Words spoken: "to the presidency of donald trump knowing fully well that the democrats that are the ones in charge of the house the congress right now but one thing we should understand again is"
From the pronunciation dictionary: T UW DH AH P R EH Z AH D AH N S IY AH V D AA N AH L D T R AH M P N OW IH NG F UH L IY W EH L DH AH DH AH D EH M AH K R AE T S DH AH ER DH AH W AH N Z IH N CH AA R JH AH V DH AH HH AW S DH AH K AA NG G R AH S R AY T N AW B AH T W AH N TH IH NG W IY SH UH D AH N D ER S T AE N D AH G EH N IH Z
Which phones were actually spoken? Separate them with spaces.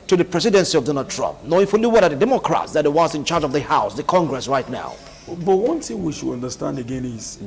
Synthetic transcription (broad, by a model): T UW DH AH P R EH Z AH D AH N S IY AH V D AA N AH L D T R AH M P N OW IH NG F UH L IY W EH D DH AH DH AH D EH M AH K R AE T S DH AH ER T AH W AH Z IH N CH AA R JH AH V DH AH HH AW S DH AH K AA NG G R AH S R AY T N AW B AH T W AH N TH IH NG W IY SH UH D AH N D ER S T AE N D AH G EH N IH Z